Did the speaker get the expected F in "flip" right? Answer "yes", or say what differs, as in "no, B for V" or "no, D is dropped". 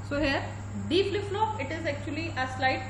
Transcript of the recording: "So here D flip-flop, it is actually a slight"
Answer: no, P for F